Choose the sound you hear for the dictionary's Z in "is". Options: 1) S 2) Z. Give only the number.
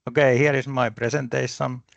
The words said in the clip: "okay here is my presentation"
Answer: 1